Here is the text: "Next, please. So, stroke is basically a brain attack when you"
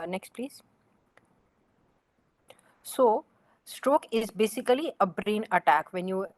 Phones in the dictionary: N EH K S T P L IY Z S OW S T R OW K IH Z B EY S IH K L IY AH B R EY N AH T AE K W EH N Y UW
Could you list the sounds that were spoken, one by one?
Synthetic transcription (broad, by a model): N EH K S T P L IY Z S OW S T R OW K IH Z B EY S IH K L IY AH B R EY N AH T AE K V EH N Y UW